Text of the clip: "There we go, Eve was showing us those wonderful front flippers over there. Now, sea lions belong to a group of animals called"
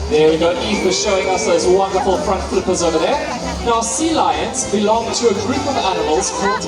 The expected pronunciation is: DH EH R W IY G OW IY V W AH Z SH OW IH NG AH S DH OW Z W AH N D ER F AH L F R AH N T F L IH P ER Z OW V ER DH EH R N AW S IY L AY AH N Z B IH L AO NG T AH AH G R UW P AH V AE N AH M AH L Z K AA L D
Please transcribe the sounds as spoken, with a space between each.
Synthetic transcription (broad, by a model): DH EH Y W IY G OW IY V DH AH SH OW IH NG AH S DH OW Z W AH N D ER F AH L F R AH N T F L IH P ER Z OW V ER DH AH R N AW S IY L AY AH N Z B IH L AO NG T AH AH G R UW P AH V AE N AH M AH L Z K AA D